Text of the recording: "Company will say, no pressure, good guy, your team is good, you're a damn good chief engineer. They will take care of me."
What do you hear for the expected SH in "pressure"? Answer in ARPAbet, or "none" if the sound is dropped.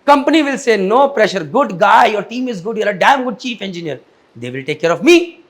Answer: SH